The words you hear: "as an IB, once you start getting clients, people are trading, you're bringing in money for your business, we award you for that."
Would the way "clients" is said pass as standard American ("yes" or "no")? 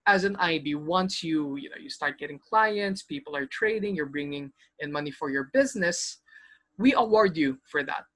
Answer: yes